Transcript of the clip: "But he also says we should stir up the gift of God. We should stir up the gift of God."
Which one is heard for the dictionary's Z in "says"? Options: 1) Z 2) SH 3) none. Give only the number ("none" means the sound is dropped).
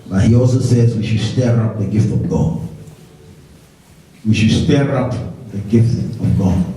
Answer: 1